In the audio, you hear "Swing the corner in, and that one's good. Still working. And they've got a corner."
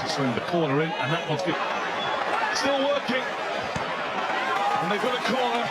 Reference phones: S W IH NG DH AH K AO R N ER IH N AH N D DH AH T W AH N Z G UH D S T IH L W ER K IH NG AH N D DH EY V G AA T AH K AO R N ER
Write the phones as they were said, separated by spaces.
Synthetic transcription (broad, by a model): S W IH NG DH AH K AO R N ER IH N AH N DH AH T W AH Z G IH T S T IH L W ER K IH NG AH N DH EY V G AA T AH K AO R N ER